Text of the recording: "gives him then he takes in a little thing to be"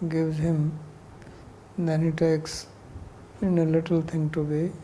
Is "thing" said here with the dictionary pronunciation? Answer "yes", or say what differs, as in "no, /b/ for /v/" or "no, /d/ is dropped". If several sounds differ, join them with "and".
no, /t/ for /θ/